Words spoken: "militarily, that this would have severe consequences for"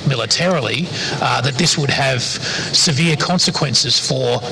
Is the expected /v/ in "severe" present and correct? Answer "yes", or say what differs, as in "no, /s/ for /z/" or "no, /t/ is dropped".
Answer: yes